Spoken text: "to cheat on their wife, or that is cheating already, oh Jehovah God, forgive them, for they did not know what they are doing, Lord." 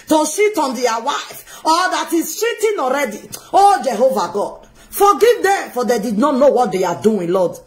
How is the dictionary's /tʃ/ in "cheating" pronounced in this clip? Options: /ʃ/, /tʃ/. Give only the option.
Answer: /ʃ/